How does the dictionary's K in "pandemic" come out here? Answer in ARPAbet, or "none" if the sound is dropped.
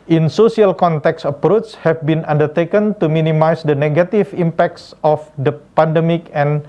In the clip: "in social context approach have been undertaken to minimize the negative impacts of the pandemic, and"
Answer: K